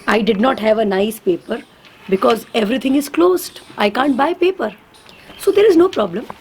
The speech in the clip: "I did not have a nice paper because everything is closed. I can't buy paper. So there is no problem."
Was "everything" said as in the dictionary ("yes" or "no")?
no